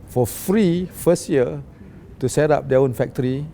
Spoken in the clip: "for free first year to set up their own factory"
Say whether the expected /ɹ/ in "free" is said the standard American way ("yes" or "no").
yes